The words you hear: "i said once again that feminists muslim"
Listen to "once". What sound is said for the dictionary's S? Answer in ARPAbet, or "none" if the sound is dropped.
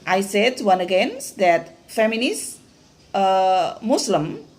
none